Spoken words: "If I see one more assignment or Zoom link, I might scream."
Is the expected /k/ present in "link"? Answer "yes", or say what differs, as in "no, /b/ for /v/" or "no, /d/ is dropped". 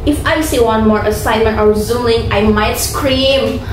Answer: no, /k/ is dropped